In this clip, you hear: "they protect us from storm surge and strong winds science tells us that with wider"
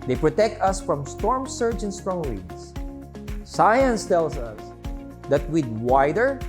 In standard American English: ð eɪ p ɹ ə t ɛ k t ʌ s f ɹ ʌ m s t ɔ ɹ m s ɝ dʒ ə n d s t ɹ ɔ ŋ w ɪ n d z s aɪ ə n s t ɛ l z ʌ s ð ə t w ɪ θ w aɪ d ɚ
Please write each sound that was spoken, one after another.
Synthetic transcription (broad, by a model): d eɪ p ɹ ə t ɛ k t ʌ s f ɹ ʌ m s t ɔ ɹ m s ɝ dʒ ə n s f ɹ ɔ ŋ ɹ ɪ d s s aɪ ə n s t ɛ l s ʌ s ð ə t w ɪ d w aɪ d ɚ